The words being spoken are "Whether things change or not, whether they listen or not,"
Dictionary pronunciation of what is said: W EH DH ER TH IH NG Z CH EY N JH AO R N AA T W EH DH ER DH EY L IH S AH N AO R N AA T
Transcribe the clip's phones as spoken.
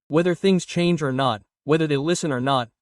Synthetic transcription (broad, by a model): W EH DH ER TH IH NG Z CH EY N JH AO R N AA T W EH DH ER DH EY L IH S AH N AO R N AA T